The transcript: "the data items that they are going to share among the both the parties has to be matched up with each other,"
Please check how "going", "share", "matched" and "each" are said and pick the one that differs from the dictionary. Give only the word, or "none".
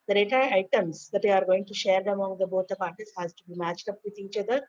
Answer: none